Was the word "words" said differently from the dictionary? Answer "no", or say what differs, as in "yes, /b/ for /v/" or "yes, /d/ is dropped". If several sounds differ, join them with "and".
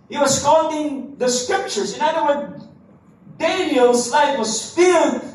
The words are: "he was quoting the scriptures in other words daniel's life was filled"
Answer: yes, /z/ is dropped